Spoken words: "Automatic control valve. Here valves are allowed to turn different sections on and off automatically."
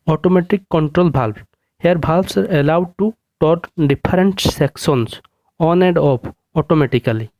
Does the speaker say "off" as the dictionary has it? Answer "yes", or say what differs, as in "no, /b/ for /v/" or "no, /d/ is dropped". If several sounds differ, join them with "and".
no, /p/ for /f/